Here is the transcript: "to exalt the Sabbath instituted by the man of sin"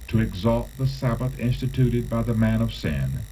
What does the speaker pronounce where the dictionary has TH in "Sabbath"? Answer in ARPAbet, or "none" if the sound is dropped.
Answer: TH